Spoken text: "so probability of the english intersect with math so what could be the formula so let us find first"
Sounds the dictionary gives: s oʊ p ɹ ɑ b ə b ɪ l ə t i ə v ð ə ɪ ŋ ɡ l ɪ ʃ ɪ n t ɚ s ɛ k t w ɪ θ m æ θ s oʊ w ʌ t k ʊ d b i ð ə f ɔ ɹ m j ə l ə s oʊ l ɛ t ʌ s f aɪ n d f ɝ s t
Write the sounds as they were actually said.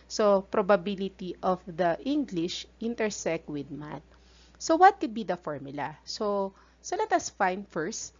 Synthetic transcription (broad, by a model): s oʊ p ɹ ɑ b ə b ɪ l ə t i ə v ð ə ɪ ŋ ɡ l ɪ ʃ ɪ n t ɚ s ɛ k t w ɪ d m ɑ t s oʊ w ʌ t k ʊ d b i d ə f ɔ ɹ m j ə l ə s oʊ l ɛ t ʌ s f aɪ n f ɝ s t